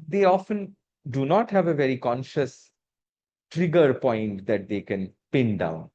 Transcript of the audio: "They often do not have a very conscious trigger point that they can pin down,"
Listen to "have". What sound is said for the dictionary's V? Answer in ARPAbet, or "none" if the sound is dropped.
V